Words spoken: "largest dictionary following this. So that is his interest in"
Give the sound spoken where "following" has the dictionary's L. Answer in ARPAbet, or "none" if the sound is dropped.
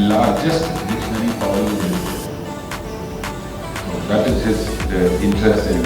none